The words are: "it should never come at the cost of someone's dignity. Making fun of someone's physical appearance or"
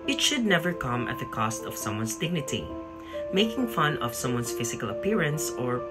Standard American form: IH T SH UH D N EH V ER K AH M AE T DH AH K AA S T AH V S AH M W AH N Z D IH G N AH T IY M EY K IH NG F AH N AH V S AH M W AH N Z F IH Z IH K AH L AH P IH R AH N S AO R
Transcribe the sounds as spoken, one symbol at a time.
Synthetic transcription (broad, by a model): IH T SH UH D N EH V ER K AH M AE T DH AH K AA S T AH V S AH M W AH N S D IH G N AH T IY M EY K IH NG F AH N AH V S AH M W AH N S F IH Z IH K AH L AH P IH R AH N S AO R